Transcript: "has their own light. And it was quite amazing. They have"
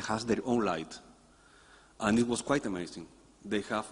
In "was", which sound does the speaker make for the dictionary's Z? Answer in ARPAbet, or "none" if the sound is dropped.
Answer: S